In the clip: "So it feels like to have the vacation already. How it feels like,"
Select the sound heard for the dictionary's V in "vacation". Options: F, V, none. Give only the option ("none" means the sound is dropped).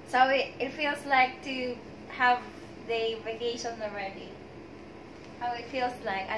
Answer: V